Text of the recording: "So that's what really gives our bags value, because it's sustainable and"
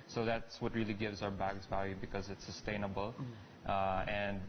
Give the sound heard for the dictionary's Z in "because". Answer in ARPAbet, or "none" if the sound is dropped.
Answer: Z